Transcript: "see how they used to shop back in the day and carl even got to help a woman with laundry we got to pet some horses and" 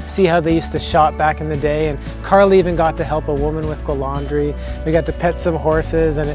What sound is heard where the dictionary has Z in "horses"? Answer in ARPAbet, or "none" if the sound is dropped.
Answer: Z